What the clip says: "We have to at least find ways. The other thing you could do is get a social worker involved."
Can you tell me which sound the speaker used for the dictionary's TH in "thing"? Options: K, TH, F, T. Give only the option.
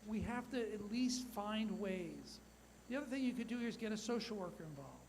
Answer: TH